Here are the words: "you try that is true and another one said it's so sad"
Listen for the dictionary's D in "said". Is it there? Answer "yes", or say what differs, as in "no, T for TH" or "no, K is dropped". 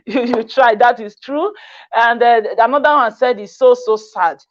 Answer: yes